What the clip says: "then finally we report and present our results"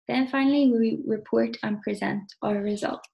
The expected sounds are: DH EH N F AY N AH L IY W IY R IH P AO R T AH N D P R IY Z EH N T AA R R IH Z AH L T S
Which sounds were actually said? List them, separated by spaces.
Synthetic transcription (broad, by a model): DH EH N F AY N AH W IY W IY R IH P AO R T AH N P R IY Z EH N T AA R R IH Z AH L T